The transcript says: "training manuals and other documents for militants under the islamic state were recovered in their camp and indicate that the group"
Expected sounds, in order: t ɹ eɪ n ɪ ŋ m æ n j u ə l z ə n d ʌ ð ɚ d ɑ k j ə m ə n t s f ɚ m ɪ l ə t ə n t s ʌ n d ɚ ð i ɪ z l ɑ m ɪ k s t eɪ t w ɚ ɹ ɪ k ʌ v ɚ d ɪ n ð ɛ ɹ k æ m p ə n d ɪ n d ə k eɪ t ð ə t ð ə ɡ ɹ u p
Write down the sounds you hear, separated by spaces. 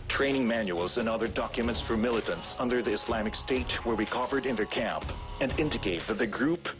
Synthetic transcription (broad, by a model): t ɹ eɪ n ɪ ŋ m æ n j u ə l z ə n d ʌ ð ɚ d ɑ k j ə m ə n t s f ɚ m ɪ l ə t ə n t s ʌ n d ɚ ð i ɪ s l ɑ m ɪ k s t eɪ t w ɚ w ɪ k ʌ v ɚ d ɪ n ð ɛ ɹ k æ m p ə n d ɪ n d ə k eɪ t ð ə t ð ə ɡ ɹ u p